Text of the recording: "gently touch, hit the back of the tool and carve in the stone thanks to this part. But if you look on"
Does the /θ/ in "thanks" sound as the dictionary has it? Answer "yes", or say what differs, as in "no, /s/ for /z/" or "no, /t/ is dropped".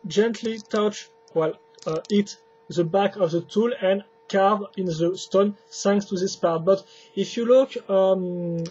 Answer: no, /s/ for /θ/